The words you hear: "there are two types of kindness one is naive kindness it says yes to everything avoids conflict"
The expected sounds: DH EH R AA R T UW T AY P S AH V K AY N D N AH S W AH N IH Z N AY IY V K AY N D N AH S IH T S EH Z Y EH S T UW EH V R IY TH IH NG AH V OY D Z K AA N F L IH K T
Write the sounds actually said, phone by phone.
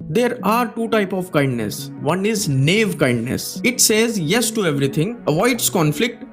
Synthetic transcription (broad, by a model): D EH R AA R T UW T AY P AH V K AY N D N AH S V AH N IH Z N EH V K AY N D N AH S IH T S EH Z Y EH S T UW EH V R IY T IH NG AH V OY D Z K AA N F L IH K T